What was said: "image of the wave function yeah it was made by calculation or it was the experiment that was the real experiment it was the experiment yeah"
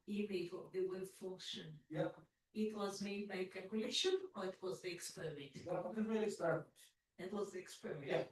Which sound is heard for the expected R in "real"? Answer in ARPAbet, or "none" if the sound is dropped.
L